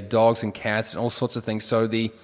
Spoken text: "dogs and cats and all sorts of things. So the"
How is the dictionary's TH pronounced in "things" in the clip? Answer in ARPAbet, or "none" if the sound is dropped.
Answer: TH